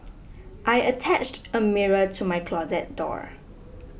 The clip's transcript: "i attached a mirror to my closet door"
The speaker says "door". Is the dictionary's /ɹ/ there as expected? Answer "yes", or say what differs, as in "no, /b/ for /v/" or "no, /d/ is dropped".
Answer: yes